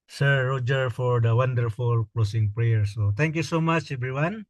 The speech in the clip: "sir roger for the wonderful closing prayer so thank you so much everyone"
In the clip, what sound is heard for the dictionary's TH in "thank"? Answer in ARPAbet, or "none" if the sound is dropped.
T